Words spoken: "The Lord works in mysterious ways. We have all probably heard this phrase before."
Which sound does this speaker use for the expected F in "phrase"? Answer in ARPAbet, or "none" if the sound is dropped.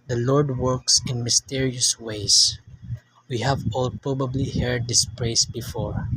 P